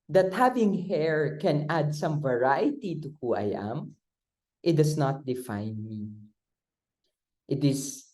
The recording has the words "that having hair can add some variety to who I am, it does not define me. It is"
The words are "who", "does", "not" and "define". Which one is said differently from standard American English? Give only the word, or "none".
does